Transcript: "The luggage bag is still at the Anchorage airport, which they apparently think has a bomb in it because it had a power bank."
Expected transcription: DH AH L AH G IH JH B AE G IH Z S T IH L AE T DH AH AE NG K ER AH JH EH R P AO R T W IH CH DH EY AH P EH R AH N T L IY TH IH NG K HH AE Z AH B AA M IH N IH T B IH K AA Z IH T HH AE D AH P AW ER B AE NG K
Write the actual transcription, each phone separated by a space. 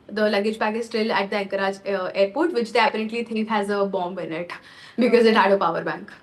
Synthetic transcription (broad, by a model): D AH L AH G IH JH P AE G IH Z S T IH L AE T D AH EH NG K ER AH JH EH R P AO R T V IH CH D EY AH P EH R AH N T L IY T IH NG K HH AE Z AH B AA M IH N IH T B IH K AA Z IH T HH AE D AH P AW ER B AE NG K